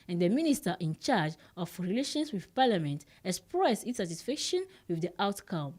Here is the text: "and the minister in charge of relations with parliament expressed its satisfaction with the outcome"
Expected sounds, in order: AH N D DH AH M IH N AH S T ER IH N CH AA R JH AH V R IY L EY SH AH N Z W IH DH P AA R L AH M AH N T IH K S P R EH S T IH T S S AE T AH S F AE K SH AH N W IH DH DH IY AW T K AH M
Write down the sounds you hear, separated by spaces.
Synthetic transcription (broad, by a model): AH N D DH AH M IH N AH S T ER IH N CH AA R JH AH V R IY L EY SH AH N S W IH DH P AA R L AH M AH N T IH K S P R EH S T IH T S S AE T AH S F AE K SH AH N W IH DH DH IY AW T K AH M